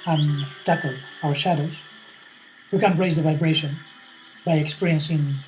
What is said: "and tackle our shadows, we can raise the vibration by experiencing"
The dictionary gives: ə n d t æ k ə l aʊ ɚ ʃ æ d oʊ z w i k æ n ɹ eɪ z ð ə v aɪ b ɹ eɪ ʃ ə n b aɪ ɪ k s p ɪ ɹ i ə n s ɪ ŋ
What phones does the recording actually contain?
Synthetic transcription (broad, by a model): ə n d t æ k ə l aʊ ɚ ʃ æ d oʊ z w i k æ n ɹ eɪ z ð ə v aɪ b ɹ eɪ ʃ ə n b aɪ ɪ k s p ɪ ɹ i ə n s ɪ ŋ